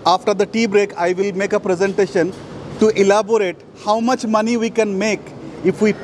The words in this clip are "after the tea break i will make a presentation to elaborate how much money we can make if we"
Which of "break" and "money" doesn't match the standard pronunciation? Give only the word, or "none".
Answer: none